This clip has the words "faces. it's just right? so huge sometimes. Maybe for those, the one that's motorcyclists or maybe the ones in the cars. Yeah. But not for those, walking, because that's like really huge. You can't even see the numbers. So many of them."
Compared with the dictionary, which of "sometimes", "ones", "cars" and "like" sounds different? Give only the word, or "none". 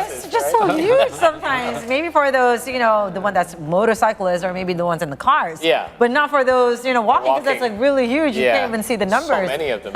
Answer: none